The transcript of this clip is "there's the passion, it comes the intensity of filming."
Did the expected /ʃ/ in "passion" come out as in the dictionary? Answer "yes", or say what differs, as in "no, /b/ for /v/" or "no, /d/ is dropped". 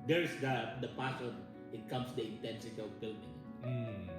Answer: no, /s/ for /ʃ/